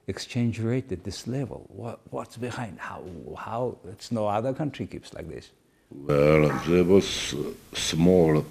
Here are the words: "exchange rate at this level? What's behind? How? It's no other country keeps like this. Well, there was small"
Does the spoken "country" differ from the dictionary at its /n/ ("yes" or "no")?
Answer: no